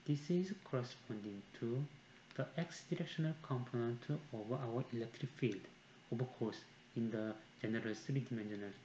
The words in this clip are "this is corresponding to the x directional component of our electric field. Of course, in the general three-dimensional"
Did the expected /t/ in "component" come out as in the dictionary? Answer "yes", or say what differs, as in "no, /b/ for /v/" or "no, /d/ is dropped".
yes